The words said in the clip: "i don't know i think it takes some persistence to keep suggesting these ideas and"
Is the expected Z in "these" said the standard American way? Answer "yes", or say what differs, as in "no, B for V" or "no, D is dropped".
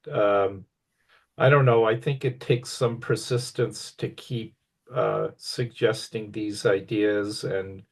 yes